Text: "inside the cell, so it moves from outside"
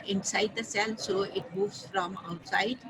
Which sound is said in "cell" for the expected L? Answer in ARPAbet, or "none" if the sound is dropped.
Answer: L